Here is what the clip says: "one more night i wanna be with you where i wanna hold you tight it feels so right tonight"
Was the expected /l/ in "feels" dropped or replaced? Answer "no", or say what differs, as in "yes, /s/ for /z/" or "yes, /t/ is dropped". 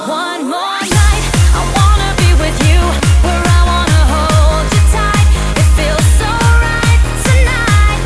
no